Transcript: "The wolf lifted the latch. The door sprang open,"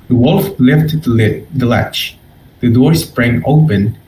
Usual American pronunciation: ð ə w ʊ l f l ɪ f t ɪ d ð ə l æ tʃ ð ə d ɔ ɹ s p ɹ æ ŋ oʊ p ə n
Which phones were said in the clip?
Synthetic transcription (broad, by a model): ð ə w ʊ l f l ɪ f t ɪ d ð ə l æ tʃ ð ə d ɔ ɹ s p ɹ æ ŋ oʊ p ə n